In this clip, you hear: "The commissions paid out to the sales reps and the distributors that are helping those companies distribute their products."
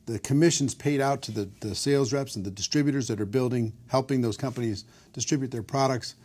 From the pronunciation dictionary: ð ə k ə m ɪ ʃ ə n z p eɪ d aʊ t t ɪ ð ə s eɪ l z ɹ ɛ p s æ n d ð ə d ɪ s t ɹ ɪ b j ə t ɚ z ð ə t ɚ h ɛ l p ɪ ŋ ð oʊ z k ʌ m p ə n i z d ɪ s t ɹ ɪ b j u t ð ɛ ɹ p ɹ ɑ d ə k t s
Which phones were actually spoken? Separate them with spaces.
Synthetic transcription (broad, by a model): ð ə k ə m ɪ ʃ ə n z p eɪ d aʊ t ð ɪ ð ə s eɪ l z ɹ ɛ p s n ð ə d ɪ s t ɹ ɪ b j ə t ɚ z ð ə t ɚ h ɛ l p ɪ ŋ ð oʊ z k ʌ m p ə n i z d ɪ s t ɹ ɪ b j u t ð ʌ ɹ p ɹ ɑ d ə k t s